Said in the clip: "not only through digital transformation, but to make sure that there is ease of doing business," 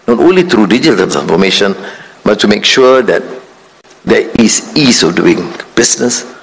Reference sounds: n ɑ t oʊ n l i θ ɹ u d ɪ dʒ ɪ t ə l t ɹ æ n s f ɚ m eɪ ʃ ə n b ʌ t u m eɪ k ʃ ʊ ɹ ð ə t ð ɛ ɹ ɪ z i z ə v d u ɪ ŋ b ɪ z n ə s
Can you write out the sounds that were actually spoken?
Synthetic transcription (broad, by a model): n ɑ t oʊ n l i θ ɹ u d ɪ dʒ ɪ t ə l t l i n f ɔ m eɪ ʃ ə n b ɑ t u m eɪ k ʃ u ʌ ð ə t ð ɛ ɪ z i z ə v d u ɪ ŋ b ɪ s n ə s